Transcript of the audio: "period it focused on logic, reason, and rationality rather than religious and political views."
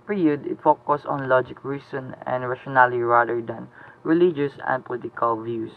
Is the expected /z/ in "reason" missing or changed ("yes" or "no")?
yes